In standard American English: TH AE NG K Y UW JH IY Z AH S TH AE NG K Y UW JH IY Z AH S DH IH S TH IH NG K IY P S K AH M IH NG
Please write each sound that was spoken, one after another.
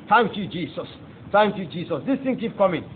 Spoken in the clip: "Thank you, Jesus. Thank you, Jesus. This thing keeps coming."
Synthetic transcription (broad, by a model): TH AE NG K Y UW JH IY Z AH S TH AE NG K Y UW JH IY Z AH S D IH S T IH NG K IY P K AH M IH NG